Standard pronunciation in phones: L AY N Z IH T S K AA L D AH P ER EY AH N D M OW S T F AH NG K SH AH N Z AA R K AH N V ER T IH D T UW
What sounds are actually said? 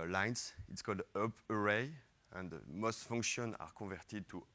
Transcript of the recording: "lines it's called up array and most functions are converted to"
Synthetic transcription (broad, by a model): L AY N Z IH T S K AA L D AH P ER EY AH N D M OW S T F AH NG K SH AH N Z AA R K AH V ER T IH D T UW